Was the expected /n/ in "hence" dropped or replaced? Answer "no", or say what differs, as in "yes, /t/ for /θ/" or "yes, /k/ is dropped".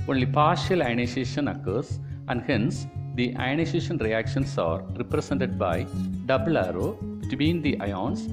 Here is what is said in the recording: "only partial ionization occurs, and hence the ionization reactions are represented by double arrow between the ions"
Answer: no